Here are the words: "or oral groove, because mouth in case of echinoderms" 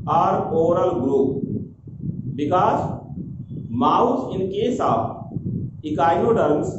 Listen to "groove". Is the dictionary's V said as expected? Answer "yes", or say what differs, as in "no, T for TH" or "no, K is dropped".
no, P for V